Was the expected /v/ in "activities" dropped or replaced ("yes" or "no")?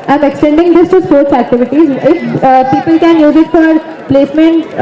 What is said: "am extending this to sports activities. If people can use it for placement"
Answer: no